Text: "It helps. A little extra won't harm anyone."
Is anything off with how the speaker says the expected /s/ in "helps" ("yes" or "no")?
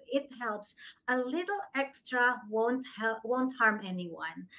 no